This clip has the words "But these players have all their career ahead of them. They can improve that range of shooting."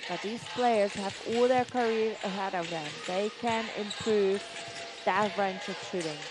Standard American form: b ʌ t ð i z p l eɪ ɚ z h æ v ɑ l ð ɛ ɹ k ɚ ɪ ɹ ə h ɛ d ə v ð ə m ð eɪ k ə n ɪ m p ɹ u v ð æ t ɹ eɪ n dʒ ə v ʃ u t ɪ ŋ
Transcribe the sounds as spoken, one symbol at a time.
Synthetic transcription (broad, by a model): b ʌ t ð i z p l eɪ ɚ z h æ v ɑ l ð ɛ ɹ k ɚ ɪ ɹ ə h ɛ d ə v ð ə m ð eɪ k ə n ɪ m p ɹ u v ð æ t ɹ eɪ n tʃ ə v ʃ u t ɪ ŋ